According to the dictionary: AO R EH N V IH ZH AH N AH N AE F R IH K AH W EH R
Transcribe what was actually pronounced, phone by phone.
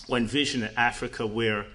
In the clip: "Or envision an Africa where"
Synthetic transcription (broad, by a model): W EH N V IH ZH AH N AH AE F R IH K AH W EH R